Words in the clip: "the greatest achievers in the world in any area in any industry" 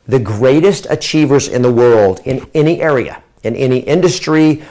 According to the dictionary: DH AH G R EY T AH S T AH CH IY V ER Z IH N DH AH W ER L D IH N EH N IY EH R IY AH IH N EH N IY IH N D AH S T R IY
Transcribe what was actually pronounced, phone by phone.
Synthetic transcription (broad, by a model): DH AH G R EY T AH S T AH CH IY V ER Z IH N DH AH W ER L D IH N EH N IY EH R IY AH IH N EH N IY IH N D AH S T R IY